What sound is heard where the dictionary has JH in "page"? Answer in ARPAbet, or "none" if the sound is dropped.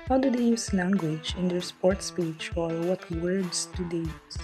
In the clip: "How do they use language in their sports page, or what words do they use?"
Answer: CH